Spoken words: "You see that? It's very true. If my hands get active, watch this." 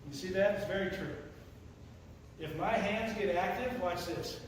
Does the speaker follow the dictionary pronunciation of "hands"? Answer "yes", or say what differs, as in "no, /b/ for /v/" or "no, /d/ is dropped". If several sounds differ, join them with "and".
yes